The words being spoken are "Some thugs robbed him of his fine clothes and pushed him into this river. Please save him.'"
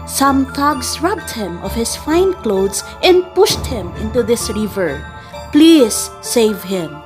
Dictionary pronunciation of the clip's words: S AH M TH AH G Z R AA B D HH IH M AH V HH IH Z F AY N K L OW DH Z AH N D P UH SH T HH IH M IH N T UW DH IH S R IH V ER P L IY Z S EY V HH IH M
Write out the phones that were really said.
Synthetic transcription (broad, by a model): S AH M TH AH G S R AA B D HH IH M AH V HH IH S F AY N K L OW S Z AH N D P UH SH T HH IH M IH N T UW DH IH S R IH V ER P L IY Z S EY V HH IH M